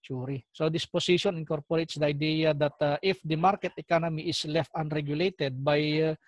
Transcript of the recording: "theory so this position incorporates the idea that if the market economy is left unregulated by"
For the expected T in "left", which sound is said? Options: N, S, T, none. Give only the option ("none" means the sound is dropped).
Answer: T